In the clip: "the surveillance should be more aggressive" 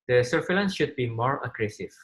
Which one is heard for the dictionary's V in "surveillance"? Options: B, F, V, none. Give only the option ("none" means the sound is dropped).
F